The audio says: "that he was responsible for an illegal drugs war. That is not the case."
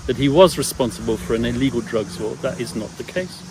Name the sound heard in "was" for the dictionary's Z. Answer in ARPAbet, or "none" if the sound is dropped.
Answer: Z